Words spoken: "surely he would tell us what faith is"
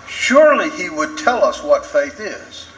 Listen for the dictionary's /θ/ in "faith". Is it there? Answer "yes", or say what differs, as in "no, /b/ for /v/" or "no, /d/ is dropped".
yes